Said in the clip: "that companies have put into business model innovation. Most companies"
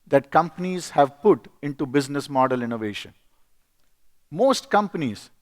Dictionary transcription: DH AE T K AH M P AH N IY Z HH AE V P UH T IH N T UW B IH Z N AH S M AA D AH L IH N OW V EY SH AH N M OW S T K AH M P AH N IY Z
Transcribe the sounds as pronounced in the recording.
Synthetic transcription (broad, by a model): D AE T K AH M P AH N IY Z HH AE V P UH T IH N T UW B IH Z N AH S M AA D AH L IH N OW V EY SH AH N M OW S T K AH M P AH N IY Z